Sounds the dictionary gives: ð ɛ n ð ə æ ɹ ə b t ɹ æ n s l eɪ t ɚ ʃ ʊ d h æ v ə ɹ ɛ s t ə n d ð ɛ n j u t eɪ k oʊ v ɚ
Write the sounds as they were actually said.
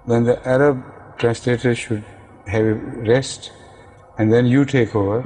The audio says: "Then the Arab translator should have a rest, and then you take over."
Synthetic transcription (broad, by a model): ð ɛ n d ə æ ɹ ə b t ɹ æ n s l eɪ t ɚ ʃ ʊ d h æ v ə ɹ ɛ s t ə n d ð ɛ n j u t eɪ k oʊ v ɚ